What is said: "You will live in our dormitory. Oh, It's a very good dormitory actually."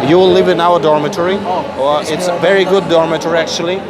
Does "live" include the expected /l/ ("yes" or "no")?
yes